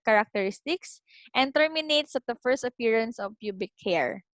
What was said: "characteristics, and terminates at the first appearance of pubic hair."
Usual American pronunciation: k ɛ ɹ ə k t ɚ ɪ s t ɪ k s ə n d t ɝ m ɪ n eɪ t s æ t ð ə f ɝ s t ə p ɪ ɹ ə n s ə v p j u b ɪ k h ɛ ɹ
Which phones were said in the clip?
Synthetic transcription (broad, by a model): k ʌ ɹ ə k t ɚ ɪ s t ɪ k s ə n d t ɝ m ɪ n eɪ t s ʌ t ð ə f ɝ s t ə p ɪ ɹ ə n s ə v p j u b ɪ k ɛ ɹ